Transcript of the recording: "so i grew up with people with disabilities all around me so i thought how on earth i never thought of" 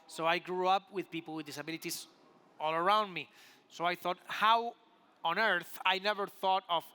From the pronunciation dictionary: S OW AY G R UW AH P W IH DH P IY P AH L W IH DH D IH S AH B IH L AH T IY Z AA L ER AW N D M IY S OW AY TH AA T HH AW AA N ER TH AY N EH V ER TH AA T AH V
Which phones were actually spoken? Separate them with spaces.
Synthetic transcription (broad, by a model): S OW AY G R UW AH P W IH DH P IY P L W IH DH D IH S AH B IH L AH T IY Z AA L ER AW N D M IY S OW AY TH AA T HH AW AA N ER TH AY N EH V ER TH AA T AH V